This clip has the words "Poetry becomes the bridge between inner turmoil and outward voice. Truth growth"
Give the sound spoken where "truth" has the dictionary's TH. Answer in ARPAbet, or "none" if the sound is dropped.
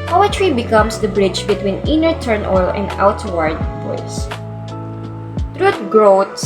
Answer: T